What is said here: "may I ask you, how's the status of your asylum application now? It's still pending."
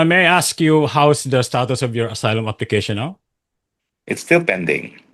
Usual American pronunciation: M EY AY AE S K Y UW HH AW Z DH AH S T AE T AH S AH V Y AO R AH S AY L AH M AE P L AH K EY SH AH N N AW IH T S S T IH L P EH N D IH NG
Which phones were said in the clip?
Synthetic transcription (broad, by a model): M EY AY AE S K Y UW HH AW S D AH S T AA T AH S AH V Y AO R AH S AY L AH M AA P L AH K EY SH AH N L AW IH T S S T IH L P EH N D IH NG